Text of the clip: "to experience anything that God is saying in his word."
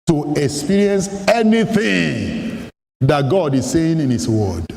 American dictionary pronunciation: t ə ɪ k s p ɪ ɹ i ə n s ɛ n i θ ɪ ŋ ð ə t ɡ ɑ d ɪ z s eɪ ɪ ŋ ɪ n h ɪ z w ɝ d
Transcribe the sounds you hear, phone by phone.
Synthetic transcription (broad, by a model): t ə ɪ k s p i ɹ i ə n s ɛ n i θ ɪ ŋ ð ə t ɡ ɑ d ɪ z s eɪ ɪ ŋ ɪ n h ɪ s w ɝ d